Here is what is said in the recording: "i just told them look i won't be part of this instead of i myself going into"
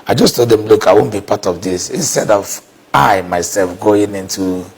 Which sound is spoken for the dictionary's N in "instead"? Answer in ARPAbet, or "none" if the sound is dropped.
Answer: N